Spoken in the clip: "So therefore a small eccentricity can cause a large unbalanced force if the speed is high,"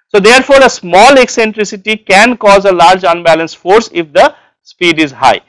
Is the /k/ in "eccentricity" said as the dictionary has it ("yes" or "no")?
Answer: yes